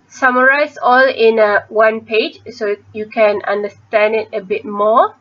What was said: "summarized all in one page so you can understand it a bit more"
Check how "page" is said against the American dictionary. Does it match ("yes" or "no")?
yes